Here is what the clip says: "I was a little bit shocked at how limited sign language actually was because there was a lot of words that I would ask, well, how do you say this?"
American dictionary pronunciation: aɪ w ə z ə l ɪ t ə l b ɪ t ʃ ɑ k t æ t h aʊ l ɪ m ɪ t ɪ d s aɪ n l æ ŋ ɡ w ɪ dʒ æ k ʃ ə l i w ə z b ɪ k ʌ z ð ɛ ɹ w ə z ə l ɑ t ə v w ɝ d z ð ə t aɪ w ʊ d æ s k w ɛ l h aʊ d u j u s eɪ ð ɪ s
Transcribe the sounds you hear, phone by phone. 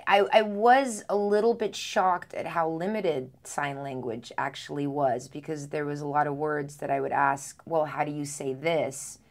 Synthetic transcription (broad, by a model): aɪ w ə z ə l ɪ t l b ɪ t ʃ ɑ k t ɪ t h aʊ l ɪ m ɪ t ɪ d s aɪ n l æ ŋ ɡ w ɪ dʒ æ k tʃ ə l i w ə z b ɪ k ʌ z ð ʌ ɹ w ə z ə l ɑ t ə v w ɝ d z ð ə t aɪ w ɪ d æ s k w ɛ l h aʊ d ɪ j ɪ s eɪ ð ɪ s